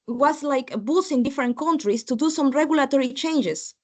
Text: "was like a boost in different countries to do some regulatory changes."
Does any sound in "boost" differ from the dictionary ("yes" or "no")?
yes